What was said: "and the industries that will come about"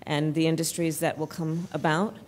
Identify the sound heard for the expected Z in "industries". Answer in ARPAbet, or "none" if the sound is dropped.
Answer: Z